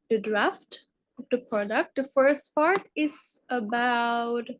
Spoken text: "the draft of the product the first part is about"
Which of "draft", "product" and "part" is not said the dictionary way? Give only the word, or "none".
none